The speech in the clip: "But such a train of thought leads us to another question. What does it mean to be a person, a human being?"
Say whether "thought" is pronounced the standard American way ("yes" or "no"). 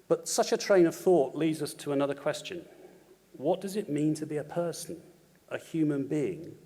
yes